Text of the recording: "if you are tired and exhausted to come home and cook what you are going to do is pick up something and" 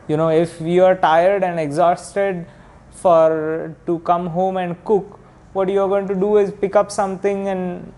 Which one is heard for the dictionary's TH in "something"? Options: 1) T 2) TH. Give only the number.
1